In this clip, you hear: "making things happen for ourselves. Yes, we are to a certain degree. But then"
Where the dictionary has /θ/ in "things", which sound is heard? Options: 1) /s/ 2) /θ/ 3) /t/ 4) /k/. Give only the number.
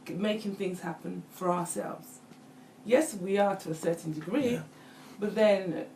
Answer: 2